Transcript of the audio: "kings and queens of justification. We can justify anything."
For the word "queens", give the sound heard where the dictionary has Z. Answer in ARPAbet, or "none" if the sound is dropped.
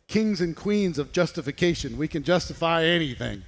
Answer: Z